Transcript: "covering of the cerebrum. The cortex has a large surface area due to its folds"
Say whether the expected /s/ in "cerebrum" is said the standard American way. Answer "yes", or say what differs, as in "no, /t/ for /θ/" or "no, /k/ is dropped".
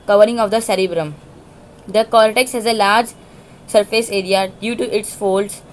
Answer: yes